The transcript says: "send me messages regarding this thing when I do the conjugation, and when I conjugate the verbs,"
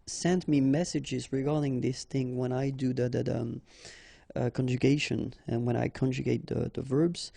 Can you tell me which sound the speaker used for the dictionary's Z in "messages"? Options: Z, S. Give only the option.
Z